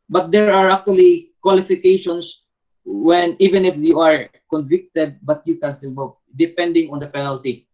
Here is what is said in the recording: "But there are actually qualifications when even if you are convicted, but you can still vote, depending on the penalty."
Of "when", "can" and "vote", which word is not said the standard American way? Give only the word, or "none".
vote